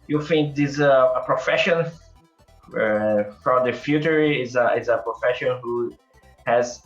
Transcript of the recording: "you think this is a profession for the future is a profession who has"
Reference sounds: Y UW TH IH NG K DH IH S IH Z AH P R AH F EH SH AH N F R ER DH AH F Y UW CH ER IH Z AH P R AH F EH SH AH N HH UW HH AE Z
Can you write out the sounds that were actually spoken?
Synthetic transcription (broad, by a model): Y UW F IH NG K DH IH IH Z AH P R AH F EH SH AH N F R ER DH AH F Y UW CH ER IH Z AH P R AH F EH SH AH N HH UW HH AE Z